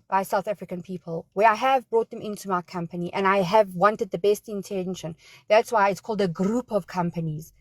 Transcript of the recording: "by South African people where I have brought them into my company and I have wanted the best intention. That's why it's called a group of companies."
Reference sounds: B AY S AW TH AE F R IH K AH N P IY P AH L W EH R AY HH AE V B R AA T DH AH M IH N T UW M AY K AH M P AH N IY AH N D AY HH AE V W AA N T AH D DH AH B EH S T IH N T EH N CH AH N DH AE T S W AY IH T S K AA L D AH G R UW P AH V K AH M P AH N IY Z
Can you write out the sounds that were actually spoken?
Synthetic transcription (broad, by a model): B AY S AW TH AE F R IH K AH N P IY P AH L W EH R AY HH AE V B R AA T DH AH M IH N T UW M AY K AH M P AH N IY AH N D AY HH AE V W AA N T AH D DH AH B EH S T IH N T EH N SH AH N DH AE T S W AY IH T S K AA L D AH G R UW P AH V K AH M P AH N IY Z